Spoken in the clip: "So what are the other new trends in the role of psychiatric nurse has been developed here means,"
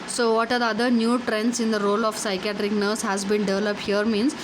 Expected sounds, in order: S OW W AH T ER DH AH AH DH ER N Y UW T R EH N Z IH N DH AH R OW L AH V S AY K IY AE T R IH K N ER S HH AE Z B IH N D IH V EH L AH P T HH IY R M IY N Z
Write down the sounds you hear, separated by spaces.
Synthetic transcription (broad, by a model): S OW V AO T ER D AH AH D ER N Y UW T R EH N S IH N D AH R OW L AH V S AY K IY AE T R IH K N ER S HH AE Z B IH N D IH V EH L AH P T HH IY R M IY N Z